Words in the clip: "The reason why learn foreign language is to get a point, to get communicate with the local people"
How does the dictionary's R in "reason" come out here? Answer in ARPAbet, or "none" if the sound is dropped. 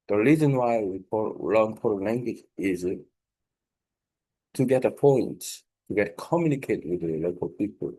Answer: R